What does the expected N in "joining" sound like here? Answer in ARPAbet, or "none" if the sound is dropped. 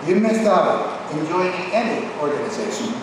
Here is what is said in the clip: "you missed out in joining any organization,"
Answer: none